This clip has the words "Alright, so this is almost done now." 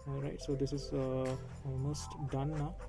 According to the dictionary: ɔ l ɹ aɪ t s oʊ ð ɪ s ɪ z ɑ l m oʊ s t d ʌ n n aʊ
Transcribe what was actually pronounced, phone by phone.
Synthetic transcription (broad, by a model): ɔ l ɹ aɪ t s oʊ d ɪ s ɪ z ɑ m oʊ s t d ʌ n n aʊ